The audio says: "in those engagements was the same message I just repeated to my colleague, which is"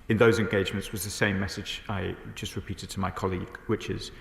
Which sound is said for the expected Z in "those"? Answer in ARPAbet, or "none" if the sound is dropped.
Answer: Z